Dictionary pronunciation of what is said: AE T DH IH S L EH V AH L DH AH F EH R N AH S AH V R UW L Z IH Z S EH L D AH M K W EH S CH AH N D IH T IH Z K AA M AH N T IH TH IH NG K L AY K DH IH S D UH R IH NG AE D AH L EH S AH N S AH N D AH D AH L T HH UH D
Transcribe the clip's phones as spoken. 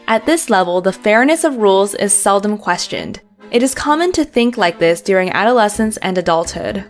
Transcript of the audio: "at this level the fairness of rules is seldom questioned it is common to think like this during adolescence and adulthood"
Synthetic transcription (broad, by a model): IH T DH IH S L EH V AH L DH AH F EH R N AH S AH V R UW L Z IH Z S EH L D AH M K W EH S CH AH N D IH T IH Z K AA M AH N T IH TH IH NG K L AY K DH IH S D UH R IH NG AE D AH L EH S AH N S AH N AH D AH L T HH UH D